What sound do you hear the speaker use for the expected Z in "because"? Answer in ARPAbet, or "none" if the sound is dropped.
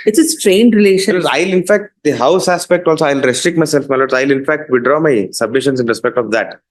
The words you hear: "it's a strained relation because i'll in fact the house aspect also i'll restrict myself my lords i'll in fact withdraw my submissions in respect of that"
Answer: none